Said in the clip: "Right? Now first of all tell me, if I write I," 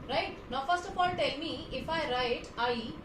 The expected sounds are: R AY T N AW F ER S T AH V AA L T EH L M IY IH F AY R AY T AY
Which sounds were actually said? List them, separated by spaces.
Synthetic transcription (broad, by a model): R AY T N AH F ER S T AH P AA N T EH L M IY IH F AY R AY T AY